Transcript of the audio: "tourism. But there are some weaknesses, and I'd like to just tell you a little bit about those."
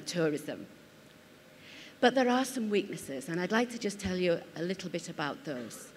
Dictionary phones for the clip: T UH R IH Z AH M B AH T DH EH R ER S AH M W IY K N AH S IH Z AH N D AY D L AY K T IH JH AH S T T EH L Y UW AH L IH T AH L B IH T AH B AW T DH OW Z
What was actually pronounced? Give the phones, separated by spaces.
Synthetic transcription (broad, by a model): T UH R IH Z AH M B AH T DH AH R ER S AH M W IY K N AH S IH Z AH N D AY D L AY K T IH JH AH S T T EH L Y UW AH L IH T L B IH T AH B AW T DH OW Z